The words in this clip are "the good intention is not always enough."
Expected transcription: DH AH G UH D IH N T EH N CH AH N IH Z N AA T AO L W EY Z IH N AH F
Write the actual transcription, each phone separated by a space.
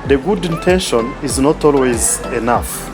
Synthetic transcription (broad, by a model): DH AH G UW D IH N T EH N SH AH N IH Z N AA T AO L W EY Z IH N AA F